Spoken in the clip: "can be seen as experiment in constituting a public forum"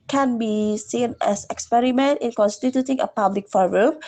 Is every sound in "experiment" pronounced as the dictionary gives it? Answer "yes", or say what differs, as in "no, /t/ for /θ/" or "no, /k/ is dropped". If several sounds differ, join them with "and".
yes